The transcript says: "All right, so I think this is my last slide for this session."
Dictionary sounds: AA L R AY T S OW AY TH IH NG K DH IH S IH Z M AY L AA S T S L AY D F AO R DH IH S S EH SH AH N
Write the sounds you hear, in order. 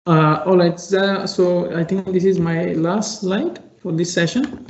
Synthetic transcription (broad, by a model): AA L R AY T S OW AY T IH NG K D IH S IH Z M AY L AA S T L AY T F AO R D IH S S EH SH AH N